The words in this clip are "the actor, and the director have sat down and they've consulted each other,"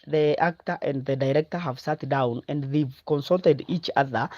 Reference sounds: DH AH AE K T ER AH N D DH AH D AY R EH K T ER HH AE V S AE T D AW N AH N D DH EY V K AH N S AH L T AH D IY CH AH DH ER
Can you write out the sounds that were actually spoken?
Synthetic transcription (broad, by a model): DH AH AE K T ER AH N D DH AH D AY R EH K T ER HH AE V S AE T D AW N AH N D DH EY V K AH N S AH L T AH D IY CH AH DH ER